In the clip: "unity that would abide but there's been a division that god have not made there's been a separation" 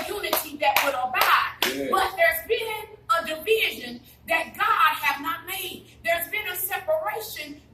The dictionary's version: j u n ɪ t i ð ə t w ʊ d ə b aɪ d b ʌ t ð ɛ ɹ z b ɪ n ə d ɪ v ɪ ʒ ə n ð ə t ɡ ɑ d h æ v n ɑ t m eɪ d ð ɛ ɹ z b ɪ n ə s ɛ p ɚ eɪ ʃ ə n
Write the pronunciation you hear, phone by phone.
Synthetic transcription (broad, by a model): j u n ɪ t i ð ə t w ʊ d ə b aɪ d b ʌ t ð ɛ ɹ z b ɪ n ə d ɪ v ɪ ʒ ə n ð ə t ɡ ɑ d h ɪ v n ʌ t m eɪ d ð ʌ ɹ z b ɪ n ə s ɛ p ɚ eɪ ʃ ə n